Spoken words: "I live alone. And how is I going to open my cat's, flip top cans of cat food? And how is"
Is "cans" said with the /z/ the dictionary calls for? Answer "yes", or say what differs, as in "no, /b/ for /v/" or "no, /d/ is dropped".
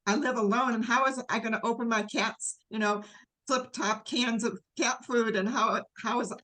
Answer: yes